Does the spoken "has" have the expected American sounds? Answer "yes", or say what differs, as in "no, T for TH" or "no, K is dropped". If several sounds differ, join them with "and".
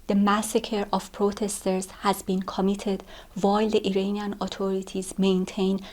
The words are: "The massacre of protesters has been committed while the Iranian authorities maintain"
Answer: yes